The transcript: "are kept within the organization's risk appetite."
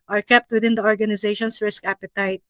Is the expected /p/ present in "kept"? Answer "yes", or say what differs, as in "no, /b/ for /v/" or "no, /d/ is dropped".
yes